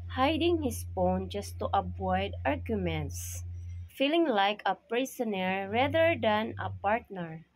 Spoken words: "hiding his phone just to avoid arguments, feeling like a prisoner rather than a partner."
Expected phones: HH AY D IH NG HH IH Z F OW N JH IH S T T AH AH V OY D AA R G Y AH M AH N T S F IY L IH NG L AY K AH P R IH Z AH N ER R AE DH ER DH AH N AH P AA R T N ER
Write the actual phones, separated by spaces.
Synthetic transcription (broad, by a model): HH AY D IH NG HH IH S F OW N JH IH S T T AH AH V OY D AA R G Y AH M AH N T S F IY L IH NG L AY K AH P R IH S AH N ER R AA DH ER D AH N AH P AA R T N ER